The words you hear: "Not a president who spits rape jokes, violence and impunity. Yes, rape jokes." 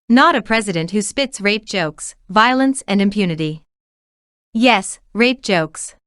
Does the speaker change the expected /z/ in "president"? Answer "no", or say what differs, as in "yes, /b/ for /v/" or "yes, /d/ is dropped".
no